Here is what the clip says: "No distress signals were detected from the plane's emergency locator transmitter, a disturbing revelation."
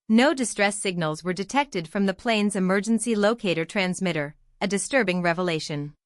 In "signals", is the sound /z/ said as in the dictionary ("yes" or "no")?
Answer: yes